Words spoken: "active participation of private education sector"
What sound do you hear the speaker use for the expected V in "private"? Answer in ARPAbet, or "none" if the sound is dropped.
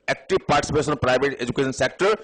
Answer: B